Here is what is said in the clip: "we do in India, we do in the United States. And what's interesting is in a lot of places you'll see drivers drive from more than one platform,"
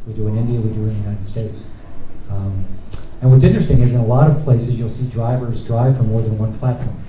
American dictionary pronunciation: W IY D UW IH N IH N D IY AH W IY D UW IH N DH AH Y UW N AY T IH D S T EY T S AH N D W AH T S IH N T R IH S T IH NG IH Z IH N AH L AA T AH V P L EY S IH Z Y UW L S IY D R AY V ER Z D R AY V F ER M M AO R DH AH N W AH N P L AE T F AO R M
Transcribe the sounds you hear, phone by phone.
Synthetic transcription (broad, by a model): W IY D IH IH N IH N D IY AH W IY D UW IH N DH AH Y UW N AY T IH D S T EY T S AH N W AH T S IH N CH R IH S T IH NG IH Z IH N AH L AA T AH V P L EY S IH Z Y UW L S IY D R AY V ER Z D R AY V F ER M M AO R DH AH N W AH N P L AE T F AO R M